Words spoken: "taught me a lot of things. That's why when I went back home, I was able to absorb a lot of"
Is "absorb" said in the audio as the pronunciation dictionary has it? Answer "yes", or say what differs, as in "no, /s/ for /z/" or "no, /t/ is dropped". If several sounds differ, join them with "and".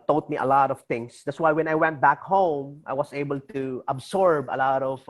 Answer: no, /s/ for /z/